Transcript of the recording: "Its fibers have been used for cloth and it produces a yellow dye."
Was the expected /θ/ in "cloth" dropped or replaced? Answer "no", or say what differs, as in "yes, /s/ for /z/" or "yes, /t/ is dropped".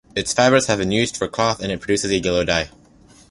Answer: no